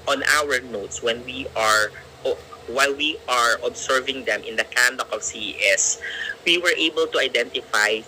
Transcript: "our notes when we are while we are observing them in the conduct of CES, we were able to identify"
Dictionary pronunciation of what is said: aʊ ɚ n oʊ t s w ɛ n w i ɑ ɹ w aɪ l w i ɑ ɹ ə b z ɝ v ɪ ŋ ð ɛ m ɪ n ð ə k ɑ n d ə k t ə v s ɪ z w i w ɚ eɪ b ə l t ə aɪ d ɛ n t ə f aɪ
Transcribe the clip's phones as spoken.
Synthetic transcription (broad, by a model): aʊ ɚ n oʊ t s w ɛ n w i ɑ ɹ w aɪ l w i ɑ ɹ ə b s ɝ v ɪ ŋ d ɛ m ɪ n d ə k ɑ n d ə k ə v s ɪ s w i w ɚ eɪ b ə l t ə aɪ d ɛ n t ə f aɪ